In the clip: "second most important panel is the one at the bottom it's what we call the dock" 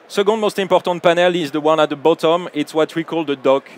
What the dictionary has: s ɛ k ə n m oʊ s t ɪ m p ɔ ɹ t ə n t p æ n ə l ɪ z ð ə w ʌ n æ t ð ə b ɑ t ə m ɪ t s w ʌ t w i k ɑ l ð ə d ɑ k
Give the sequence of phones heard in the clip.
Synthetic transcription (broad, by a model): s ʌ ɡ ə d m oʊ s t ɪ p ɔ ɹ t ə t p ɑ n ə l ɪ z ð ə w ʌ n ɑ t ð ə b ɑ t ə m ɪ t s w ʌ t w i k ɑ l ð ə d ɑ k